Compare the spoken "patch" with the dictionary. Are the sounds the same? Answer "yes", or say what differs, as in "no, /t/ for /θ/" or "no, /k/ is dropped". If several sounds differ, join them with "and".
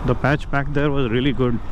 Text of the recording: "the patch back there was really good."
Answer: yes